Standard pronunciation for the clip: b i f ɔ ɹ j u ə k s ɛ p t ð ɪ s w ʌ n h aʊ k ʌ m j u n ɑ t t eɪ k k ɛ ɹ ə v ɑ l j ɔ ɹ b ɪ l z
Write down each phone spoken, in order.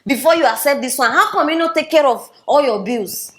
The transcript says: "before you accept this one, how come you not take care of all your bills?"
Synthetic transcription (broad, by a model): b i f ɔ j u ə s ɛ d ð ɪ s w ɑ n h aʊ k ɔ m j u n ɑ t t eɪ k k ɛ ɹ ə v ɑ l j ɔ b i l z